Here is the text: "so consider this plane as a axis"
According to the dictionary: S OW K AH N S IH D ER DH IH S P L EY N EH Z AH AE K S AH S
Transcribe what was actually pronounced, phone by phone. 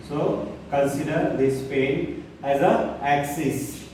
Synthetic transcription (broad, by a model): S OW K AH N S IH D ER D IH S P EY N EH Z AH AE K S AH S